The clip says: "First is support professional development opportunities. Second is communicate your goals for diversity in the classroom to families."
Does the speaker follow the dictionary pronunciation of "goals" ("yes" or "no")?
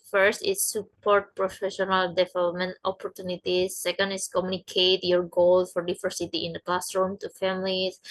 no